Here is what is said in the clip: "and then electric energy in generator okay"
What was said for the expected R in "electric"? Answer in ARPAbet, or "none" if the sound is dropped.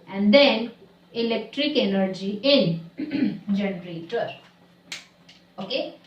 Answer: R